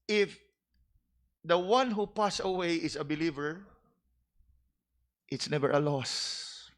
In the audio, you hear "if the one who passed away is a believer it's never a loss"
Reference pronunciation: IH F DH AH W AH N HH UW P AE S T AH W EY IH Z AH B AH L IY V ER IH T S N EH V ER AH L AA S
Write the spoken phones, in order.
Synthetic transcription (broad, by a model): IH F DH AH W AH N HH UW P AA S AH W EY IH S AH B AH L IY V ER IH T S N EH V ER AH L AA S